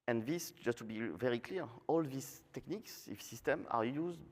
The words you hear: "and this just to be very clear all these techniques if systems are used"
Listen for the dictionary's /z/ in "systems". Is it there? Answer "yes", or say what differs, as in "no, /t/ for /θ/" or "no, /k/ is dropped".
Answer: no, /z/ is dropped